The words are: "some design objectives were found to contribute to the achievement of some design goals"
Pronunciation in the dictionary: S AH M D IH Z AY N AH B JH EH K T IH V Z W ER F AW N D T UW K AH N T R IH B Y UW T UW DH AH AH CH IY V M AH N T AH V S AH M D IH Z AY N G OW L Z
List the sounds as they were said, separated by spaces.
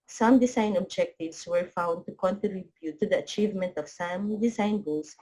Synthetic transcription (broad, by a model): S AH M D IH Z AY N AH B JH EH K T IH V S W ER F AW N D T UW K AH N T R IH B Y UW T UW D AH AH CH IY V M AH N T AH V S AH M D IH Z AY N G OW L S